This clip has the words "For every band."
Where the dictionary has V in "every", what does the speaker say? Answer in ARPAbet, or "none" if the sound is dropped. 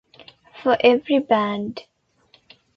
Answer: V